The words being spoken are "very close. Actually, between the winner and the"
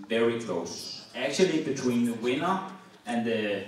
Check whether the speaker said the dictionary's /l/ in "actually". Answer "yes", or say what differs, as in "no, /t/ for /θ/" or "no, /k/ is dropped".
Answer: yes